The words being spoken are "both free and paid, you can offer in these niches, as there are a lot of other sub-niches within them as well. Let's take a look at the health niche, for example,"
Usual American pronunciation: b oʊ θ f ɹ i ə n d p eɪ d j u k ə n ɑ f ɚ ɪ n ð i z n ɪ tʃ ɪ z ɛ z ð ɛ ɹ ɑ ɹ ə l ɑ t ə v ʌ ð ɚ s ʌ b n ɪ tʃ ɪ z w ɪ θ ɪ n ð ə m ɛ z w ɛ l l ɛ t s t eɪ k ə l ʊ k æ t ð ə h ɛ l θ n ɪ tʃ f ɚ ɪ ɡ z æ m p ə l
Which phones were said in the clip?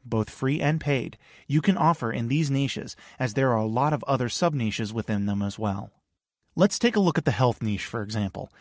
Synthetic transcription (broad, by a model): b oʊ θ f ɹ i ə n p eɪ d j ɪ k ə n ɑ f ɚ ɪ n ð i z n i ʃ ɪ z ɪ z ð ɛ ɹ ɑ ɹ ə l ɑ t ə v ʌ ð ɚ s ʌ b n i ʃ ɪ z w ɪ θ ɪ n ð ə m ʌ z w ɛ l l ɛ t s t eɪ k ə l ʊ k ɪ t ð ə h ɛ l θ n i ʃ f ɚ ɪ ɡ z æ m p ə l